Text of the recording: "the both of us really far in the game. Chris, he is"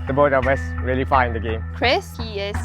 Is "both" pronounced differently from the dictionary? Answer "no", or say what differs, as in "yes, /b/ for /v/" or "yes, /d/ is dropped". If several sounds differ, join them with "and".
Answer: yes, /t/ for /θ/